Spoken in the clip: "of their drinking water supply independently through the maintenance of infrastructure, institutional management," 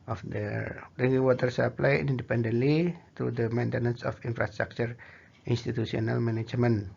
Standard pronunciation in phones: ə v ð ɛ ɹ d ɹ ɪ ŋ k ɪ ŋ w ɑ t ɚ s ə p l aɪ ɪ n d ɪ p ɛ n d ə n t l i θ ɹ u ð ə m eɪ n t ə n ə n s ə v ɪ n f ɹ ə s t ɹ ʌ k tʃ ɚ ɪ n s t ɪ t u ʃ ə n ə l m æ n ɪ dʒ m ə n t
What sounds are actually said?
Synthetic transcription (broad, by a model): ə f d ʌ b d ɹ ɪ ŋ ɪ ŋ w ɑ t ɚ s ə p l aɪ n n d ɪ p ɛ n d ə n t l i t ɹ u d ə m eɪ n t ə n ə n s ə f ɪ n f ɹ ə s t ɹ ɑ k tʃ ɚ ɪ n s t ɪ t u s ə n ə l m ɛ n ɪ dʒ m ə n